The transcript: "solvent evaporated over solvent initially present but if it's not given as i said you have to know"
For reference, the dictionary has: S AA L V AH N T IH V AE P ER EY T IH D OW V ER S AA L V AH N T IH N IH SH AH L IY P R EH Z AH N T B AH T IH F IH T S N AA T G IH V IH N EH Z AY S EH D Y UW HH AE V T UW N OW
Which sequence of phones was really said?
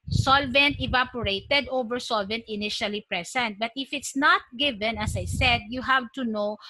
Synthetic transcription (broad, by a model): S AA L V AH N T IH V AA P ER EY T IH D OW V ER S AA L V AH N T IH N IH SH AH L IY P R EH S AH N T B AH T IH F IH T S N AA T G IH V IH N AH S AY S EH D Y UW HH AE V T UW N OW